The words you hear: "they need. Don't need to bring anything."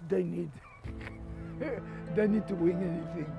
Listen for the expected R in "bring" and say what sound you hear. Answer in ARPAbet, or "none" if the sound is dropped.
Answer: none